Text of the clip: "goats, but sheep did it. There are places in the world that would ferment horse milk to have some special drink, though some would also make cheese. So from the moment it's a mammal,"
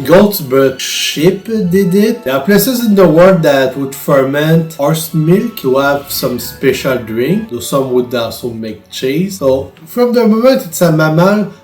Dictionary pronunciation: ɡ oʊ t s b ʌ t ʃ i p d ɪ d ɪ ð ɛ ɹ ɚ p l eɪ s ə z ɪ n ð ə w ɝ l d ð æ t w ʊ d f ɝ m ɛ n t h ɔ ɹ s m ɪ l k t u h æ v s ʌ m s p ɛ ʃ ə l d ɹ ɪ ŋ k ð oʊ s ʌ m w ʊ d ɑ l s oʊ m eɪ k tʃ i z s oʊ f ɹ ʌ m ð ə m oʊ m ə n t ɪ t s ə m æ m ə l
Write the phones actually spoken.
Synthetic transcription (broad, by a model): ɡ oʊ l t b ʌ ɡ ʃ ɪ p d ɪ d ɪ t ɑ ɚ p l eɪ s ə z ɪ n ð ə w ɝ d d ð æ t w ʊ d f ɝ m ɛ n t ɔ ɹ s m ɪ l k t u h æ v s ʌ m s p ɛ ʃ ə l d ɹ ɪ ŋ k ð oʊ s ʌ m w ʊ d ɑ s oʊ m eɪ k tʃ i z s oʊ f ɹ ʌ m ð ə m oʊ m ə n t ɪ t s ə m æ m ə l